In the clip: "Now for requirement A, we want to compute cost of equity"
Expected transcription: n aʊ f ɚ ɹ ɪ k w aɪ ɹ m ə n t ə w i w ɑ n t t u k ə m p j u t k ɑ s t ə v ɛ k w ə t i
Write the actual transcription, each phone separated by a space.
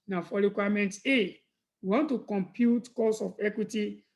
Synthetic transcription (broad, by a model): n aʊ f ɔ ɹ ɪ k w aɪ m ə n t ə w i w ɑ n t t u k ə m p j u t k ɑ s ə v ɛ k w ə t i